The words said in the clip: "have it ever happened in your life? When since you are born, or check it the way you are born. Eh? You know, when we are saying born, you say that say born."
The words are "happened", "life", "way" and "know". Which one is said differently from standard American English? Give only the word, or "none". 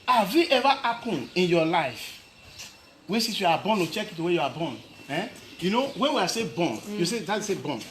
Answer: happened